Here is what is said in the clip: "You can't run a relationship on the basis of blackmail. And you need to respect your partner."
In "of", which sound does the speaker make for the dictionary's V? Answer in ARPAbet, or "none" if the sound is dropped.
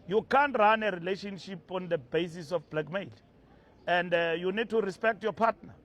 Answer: F